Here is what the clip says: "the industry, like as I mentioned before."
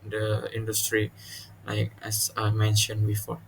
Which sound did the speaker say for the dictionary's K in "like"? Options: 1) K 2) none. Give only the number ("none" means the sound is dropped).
1